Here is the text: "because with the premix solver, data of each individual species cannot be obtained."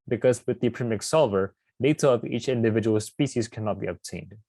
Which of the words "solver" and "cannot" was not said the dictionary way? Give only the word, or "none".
none